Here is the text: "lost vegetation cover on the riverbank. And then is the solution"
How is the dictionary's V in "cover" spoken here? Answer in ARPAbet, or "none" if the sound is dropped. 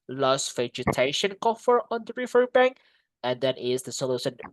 F